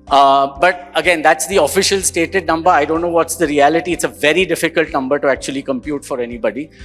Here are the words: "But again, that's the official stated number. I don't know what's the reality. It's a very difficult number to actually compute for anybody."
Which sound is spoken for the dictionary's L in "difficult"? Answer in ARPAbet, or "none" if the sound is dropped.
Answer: L